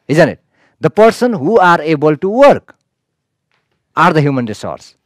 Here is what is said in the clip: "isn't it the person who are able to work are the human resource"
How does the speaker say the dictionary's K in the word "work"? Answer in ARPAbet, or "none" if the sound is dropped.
K